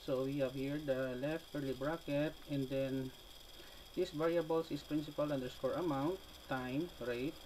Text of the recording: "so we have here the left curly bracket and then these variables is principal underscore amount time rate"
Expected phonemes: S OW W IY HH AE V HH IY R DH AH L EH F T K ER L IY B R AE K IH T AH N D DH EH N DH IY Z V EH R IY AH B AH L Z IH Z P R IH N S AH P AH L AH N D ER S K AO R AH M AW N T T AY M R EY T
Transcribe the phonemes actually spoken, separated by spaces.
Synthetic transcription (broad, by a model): S OW W IY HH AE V HH IY R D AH L EH F T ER L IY B R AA K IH T AH N D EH N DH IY S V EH R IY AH B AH L S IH S P R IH N S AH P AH L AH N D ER S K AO R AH M AW N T T AY M R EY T